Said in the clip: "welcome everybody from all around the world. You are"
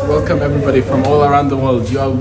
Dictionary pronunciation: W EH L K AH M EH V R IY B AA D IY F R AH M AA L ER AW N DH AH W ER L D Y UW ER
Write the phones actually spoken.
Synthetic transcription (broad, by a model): W EH L K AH M EH V R IY B AA D IY F R AH M AA L ER AW N DH AH W ER L D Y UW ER